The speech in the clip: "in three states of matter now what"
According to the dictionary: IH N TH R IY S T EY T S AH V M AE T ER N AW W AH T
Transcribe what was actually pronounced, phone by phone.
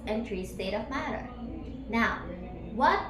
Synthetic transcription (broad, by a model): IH N T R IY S T EY T AH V M AE T ER N AW W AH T